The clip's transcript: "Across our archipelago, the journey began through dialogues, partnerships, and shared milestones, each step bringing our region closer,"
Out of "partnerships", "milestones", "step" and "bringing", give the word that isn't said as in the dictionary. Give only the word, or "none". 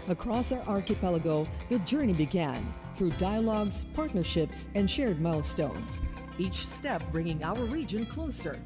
none